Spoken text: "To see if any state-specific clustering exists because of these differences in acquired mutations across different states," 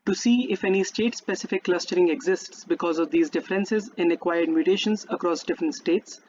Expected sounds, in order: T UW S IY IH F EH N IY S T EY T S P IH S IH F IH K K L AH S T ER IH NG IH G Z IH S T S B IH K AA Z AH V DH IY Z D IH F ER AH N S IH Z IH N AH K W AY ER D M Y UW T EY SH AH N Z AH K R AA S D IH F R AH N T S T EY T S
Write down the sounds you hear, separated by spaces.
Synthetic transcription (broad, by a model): T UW S IY IH F EH N IY S T EY T S P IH S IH F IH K K L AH S T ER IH NG IH G Z IH S T S B IH K AA Z AH V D IY Z D IH F ER AH N S IH Z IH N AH K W AY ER D M Y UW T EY SH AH N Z AH K R AA S D IH F R AH N T S T EY T S